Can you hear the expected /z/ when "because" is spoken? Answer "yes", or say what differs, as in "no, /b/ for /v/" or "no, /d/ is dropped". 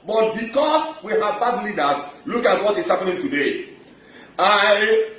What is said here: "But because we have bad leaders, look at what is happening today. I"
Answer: no, /s/ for /z/